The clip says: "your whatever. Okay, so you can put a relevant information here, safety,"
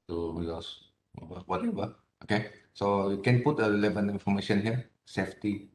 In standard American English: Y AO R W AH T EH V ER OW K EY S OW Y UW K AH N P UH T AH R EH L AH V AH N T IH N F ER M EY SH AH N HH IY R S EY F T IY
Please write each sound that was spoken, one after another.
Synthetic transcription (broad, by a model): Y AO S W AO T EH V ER OW K EY S OW Y UW K AH N P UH T AH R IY L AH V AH N IY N F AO M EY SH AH N HH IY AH S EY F T IY